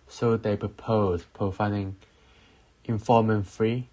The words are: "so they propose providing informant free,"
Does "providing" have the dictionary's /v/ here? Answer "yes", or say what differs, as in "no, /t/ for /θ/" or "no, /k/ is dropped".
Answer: no, /f/ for /v/